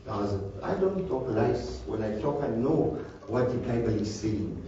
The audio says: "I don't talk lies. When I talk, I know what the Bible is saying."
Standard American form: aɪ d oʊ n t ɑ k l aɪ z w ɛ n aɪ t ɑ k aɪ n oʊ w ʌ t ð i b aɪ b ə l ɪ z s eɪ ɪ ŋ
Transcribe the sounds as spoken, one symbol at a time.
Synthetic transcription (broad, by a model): aɪ d oʊ n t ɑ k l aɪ s w ɛ n aɪ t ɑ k aɪ n oʊ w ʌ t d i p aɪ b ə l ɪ s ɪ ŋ